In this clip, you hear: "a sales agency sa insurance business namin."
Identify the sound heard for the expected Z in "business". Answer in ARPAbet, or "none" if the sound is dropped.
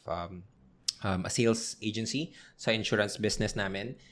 S